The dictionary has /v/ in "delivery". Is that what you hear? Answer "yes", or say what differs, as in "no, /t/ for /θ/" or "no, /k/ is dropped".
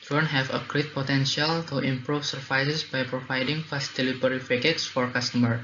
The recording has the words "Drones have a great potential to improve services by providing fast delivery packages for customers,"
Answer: no, /p/ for /v/